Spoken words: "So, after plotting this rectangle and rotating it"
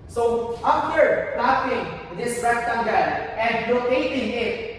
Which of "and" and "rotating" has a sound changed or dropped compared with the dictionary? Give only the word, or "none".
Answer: rotating